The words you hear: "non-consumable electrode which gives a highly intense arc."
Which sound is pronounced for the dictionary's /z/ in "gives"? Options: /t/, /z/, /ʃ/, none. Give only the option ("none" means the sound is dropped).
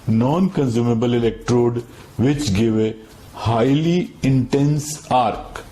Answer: none